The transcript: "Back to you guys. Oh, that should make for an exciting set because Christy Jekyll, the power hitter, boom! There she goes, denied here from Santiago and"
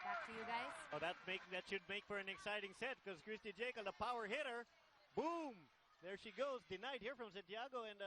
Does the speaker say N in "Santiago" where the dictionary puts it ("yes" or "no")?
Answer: yes